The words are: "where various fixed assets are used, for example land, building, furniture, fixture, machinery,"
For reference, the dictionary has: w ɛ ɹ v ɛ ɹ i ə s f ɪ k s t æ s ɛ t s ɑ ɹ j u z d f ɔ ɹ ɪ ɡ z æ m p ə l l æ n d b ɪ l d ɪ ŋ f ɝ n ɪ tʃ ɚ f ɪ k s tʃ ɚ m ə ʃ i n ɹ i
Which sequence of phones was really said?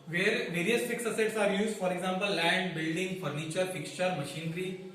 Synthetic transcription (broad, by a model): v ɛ ɹ v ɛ ɹ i ə s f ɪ k s ʌ s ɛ t s ɑ ɹ j u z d f ɔ ɹ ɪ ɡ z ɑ m p ə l l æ n d b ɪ l d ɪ ŋ f ɝ n ɪ tʃ ɚ f ɪ k s tʃ ɚ m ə ʃ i n ɹ i